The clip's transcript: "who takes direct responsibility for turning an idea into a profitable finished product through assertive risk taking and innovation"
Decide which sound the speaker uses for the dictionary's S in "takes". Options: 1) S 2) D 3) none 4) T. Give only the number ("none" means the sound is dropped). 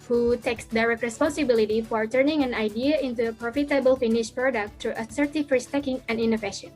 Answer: 1